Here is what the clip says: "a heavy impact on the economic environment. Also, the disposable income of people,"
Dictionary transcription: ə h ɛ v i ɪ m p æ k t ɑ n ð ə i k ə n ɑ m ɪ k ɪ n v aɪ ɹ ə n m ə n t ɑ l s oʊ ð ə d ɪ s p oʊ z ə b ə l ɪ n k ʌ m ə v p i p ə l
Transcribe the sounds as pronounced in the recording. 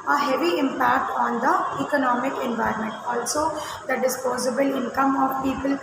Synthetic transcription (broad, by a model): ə h ɛ v i ɪ m p æ k t ɑ n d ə i k ə n ɑ m ɪ k ɪ n v aɪ ɹ ə n m ə n t ɑ l s oʊ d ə d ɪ s p oʊ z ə b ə l ɪ n k ʌ m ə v p i p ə l